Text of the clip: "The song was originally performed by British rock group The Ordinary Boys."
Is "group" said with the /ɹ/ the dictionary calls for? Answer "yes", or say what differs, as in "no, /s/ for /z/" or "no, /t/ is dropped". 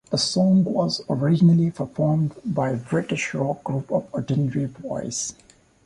yes